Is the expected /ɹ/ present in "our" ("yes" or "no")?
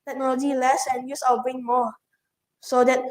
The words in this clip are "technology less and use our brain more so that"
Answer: no